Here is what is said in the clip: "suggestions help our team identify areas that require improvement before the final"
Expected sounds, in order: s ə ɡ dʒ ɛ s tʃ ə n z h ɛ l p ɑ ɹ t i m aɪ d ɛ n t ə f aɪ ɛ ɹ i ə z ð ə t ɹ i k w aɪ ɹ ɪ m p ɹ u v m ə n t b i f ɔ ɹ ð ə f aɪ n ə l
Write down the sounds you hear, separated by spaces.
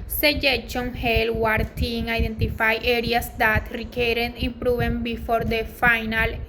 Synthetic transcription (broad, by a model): s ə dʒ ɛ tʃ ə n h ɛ l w ɑ ɹ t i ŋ aɪ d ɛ n t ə f aɪ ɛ ɹ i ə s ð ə t ɹ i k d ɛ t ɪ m p ɹ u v ə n b i f ɔ ɹ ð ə f aɪ n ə l